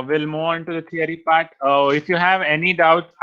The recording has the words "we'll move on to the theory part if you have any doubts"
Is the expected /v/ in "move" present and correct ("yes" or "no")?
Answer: no